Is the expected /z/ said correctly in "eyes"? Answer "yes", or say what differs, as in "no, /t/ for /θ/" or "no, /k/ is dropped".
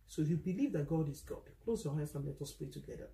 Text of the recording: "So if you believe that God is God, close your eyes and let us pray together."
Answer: no, /s/ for /z/